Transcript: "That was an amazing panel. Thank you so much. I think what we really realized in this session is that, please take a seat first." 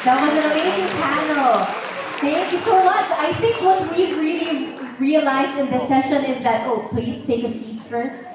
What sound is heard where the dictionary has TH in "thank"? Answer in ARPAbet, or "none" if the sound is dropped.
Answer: TH